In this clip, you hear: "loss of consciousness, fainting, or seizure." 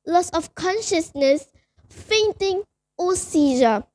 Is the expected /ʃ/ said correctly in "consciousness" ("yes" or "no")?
yes